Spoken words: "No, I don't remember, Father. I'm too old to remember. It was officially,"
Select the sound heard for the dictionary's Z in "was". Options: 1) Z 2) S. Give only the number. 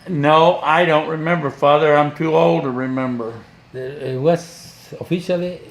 2